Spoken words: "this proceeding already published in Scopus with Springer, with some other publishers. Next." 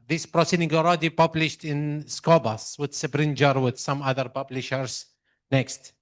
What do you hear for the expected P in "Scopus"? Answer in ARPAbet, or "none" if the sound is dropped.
B